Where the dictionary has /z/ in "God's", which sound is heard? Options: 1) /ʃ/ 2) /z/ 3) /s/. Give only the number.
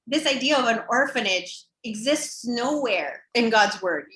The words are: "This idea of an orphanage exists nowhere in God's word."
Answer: 2